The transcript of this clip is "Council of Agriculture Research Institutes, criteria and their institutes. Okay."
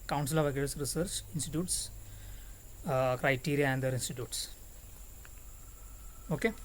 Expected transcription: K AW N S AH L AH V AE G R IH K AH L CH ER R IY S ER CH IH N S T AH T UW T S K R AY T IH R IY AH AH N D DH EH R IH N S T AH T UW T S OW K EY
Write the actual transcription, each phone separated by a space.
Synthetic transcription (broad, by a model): K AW N S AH L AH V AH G IH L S R IY S ER CH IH N S T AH T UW T S K R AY T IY R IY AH AH N D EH R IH N S T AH T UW T S OW K EY